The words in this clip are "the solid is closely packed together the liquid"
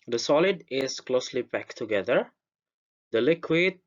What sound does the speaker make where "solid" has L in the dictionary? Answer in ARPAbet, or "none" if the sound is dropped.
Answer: L